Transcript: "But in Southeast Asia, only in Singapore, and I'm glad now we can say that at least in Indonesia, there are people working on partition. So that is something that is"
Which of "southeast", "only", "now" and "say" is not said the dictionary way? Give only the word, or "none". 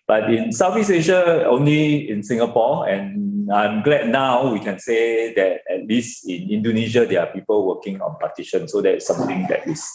southeast